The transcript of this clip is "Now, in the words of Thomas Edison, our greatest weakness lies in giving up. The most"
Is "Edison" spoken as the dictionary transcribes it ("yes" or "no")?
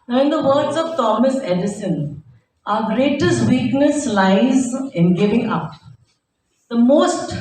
yes